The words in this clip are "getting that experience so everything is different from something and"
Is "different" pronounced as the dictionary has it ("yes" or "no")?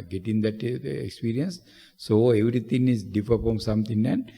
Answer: no